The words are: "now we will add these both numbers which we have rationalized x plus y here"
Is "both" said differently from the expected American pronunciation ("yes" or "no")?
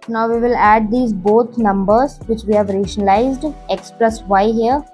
yes